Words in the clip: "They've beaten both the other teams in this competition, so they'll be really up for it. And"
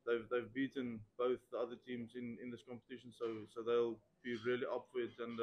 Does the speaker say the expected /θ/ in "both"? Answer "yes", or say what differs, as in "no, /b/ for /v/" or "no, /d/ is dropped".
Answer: yes